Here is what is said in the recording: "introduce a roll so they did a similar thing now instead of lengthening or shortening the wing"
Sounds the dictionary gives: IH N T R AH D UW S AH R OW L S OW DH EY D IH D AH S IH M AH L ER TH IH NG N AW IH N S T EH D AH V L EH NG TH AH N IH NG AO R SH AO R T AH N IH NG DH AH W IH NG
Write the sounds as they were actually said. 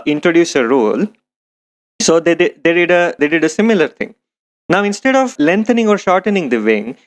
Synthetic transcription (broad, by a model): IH N T R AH D UW S AH R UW L S OW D EY D IH D AH S IH M AH L ER T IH NG N AW IH N S T EH D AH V L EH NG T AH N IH NG AO R SH AO R T AH N IH NG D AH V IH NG